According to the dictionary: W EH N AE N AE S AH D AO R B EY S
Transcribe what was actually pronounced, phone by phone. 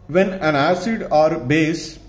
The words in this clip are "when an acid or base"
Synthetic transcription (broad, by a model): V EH N AE N AE S AH D AO R B EY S